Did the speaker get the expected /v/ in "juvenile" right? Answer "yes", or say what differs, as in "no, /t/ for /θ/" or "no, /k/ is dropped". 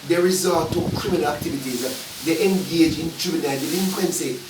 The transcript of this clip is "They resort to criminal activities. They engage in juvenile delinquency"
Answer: no, /b/ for /v/